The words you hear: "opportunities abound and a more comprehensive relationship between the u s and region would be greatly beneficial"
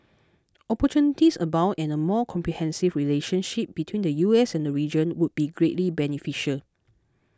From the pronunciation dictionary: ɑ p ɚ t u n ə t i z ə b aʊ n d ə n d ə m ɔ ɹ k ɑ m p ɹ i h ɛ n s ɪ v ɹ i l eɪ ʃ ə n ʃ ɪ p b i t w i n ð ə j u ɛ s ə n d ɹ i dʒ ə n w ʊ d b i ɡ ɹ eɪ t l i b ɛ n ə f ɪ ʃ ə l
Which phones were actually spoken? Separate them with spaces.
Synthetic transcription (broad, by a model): ɑ p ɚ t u n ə t i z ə b aʊ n ə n ə m ɔ k ɑ m p ɹ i h ɛ n s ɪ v ɹ i l eɪ ʃ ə n ʃ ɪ p b i t w i n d ə j u ɛ s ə n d ɹ i dʒ ə n w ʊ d b i ɡ ɹ eɪ t l i b ɛ n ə f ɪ ʃ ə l